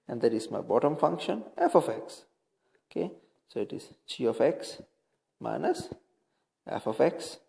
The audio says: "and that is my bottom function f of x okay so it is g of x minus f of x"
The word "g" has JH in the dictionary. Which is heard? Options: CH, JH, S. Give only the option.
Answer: CH